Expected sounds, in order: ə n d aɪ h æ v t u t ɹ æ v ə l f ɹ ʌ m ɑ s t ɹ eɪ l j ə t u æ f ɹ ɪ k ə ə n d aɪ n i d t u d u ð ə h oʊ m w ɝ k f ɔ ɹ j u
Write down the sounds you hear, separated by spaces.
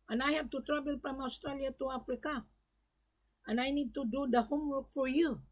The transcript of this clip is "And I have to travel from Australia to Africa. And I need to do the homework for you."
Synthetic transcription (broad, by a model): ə n aɪ h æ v t u t ɹ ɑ b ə l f ɹ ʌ m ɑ s t ɹ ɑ l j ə t u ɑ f ɹ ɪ k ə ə n aɪ n i d t u d u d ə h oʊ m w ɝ k f ɔ ɹ j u